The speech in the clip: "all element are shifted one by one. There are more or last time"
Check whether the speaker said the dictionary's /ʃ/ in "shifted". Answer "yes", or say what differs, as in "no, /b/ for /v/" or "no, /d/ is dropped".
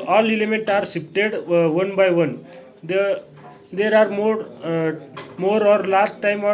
no, /s/ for /ʃ/